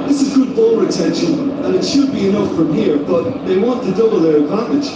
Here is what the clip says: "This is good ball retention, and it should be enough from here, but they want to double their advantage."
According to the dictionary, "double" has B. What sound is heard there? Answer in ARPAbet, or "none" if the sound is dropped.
none